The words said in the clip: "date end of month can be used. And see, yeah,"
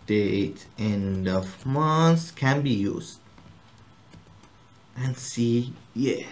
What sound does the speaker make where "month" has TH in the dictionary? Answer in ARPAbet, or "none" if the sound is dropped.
S